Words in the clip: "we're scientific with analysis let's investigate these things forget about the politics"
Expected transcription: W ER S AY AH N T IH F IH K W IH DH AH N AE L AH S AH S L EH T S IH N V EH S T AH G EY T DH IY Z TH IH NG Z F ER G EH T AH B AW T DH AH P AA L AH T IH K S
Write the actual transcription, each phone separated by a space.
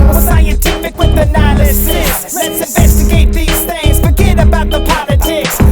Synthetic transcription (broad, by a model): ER S AY AH N T IH F IH K W IH DH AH N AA L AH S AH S L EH T S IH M V EH S T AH G EY T DH IY Z TH IH NG Z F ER G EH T AH B AW T DH AH P AA L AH T IH K S